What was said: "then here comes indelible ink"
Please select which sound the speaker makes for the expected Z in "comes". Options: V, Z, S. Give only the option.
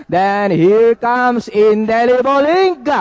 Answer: S